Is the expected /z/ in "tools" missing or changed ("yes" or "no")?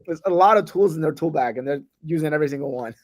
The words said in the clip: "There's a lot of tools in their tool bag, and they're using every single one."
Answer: no